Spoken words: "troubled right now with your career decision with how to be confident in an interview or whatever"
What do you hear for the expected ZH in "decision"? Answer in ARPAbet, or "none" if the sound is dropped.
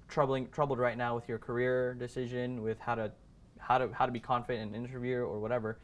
ZH